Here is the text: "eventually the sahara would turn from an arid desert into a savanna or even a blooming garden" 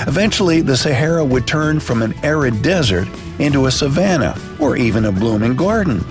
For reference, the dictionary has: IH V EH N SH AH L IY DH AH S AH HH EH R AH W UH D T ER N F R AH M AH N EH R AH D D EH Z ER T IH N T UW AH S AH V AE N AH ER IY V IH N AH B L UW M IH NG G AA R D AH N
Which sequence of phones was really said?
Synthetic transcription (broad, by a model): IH V EH N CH L IY DH AH S AH HH EH R AH W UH D T ER N F R AH M AH N EH R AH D D EH Z ER T IH N T UW AH S AH V AE N AH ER IY V IH N AH B L UW M IH NG G AA R D N